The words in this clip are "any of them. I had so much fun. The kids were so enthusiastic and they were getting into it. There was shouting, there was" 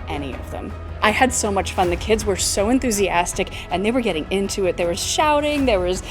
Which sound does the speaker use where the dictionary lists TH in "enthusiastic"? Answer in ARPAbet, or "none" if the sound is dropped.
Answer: TH